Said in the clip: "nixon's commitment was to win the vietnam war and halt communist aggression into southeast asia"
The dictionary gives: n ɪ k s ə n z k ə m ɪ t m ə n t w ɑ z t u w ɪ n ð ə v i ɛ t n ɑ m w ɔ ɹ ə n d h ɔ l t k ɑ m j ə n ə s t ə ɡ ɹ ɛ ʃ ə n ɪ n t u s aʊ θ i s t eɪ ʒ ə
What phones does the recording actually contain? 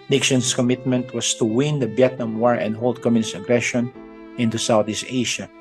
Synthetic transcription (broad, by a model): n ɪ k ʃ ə n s k ə m ɪ t m ə n t w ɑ s t u w ɪ n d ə b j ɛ t n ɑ m w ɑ ɹ ə n d h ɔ l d k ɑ m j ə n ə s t ə ɡ ɹ ɛ ʃ ə n ɪ n t u s aʊ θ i s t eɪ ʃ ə